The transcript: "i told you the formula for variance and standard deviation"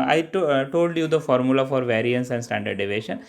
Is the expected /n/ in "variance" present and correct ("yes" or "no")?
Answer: yes